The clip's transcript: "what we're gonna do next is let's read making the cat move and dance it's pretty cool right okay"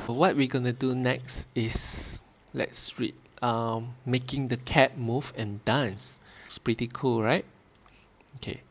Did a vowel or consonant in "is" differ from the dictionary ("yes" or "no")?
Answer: yes